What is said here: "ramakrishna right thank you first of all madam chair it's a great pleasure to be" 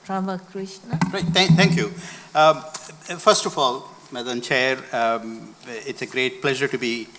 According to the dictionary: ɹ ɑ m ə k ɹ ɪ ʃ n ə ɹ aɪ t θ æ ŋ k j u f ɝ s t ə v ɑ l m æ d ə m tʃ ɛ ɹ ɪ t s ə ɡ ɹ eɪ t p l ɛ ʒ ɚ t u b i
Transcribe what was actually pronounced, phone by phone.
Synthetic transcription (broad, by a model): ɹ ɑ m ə k ɹ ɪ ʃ n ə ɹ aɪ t t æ ŋ k j u f ɝ s t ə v ɑ l m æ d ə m tʃ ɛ ɹ ɪ t s ə ɡ ɹ eɪ t p l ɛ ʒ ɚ t u b i